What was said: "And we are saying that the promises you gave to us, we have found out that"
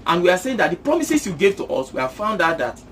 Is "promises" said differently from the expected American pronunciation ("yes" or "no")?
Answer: yes